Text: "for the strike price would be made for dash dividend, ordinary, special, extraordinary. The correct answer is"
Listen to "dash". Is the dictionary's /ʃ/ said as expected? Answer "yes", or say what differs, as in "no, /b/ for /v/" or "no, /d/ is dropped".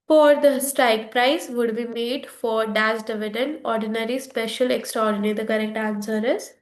no, /s/ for /ʃ/